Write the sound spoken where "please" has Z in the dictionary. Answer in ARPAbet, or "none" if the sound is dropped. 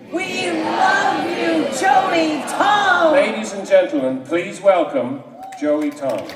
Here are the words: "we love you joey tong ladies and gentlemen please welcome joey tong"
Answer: Z